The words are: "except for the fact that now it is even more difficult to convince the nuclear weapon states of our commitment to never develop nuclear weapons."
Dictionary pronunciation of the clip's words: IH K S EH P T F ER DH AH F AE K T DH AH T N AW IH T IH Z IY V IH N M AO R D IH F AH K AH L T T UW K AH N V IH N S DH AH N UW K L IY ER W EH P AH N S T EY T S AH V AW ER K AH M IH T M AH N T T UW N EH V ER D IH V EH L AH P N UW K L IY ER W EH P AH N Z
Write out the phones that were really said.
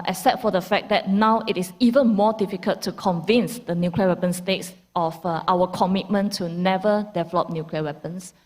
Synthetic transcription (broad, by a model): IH S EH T F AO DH AH F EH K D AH T N AW IH T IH S IY V IH N M AO D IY F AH K AH L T T UW K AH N V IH N S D AH N UW K L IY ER W EH P AH N S T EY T S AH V AW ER K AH M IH T M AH N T T UW N EH V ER D IH V EH L AH P N UW K L IY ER W EH P AH N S